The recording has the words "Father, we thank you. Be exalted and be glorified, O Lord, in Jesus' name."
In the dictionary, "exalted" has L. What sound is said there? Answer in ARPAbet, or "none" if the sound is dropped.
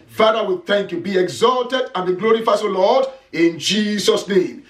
L